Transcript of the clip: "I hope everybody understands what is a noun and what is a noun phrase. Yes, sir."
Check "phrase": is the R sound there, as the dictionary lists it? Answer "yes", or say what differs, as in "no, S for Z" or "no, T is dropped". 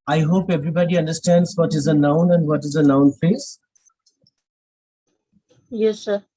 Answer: no, R is dropped